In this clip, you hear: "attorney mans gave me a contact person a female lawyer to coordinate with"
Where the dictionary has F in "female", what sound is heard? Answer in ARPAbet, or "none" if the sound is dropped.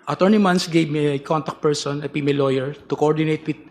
P